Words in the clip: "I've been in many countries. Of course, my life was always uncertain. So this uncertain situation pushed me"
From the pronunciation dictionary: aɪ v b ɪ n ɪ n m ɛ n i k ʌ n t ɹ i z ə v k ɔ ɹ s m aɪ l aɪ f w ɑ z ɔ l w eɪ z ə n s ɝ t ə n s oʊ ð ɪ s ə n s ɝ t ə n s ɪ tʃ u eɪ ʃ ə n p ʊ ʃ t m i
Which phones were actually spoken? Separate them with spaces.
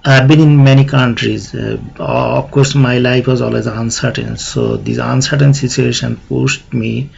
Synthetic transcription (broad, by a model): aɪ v b ɪ n ɪ n m ɛ n i k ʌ n t ɹ i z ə f k ɔ ɹ s m aɪ l aɪ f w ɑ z ɔ l w eɪ z ə n s ɝ t ə n s oʊ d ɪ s ə n s ɝ t ə n s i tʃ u eɪ ʃ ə n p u s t m i